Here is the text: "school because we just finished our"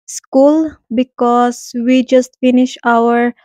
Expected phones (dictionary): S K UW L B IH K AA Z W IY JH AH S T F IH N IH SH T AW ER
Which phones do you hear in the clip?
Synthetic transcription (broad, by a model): S K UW L B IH K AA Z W IY JH AH S T F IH N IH SH AW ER